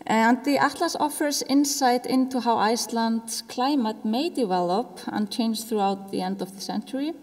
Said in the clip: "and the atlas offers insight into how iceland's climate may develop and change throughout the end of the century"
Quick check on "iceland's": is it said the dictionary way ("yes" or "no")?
no